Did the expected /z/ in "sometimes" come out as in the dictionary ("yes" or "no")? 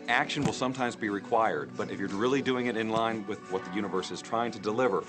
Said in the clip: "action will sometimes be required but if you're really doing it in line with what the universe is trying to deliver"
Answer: yes